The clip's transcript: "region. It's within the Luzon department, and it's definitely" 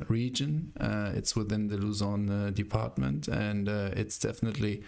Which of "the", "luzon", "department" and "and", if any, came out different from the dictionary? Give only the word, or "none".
none